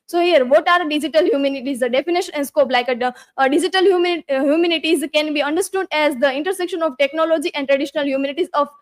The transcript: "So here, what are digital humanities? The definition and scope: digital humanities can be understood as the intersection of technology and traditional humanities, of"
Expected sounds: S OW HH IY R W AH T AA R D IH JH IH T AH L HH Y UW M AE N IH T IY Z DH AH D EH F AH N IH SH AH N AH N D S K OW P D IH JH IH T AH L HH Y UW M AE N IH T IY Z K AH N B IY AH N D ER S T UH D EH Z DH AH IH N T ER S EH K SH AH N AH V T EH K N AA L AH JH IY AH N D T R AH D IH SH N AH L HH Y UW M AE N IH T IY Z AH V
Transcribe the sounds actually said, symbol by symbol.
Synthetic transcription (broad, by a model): S OW HH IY R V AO T AA R D IH JH IH T AH L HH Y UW M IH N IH T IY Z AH D EH F AH N IH SH AH N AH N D S K OW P D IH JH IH T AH L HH Y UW M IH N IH T IY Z K AH N B IY AH N D ER S T UH D EH Z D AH IH N T ER S EH K SH AH N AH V T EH K N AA L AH JH IY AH N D T R AH D IH SH N AH L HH Y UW M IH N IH T IY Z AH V